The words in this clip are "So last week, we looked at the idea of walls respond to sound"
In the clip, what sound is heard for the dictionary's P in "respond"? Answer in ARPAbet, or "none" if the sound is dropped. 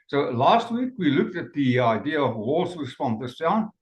F